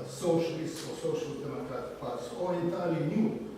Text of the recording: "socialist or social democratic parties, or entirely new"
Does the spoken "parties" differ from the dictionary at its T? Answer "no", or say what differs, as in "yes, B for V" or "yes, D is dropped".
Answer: yes, S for T